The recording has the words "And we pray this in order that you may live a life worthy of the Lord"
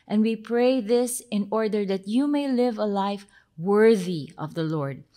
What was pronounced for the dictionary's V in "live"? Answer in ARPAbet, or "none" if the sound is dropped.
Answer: V